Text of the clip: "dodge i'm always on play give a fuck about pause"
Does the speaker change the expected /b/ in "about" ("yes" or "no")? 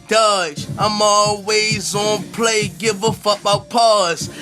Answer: yes